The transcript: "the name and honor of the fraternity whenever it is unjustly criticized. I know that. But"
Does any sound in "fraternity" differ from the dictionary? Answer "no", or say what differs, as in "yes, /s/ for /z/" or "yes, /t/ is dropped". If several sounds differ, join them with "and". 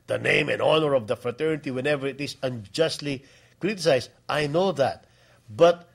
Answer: no